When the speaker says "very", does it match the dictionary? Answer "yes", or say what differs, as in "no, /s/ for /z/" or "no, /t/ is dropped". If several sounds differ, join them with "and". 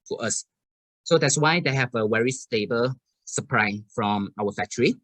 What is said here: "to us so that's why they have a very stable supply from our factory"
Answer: no, /w/ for /v/